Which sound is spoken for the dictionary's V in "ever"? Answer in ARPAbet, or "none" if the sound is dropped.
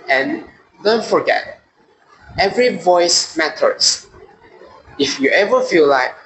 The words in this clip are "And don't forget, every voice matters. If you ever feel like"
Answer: V